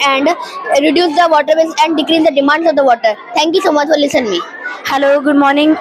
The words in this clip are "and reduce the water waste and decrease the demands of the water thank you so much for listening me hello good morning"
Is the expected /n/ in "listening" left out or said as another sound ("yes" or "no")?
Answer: yes